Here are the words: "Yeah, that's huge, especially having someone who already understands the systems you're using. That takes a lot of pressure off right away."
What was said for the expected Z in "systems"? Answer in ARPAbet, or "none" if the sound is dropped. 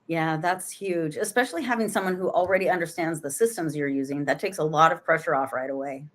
Z